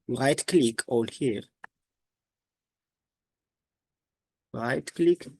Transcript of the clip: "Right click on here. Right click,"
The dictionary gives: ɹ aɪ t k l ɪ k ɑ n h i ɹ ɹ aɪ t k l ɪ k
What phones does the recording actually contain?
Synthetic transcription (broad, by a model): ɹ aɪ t k l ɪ k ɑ l h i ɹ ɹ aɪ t k l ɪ k